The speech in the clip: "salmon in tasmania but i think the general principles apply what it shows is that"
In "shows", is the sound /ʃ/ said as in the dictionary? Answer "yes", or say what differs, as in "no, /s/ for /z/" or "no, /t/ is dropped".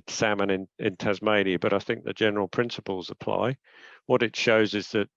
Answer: yes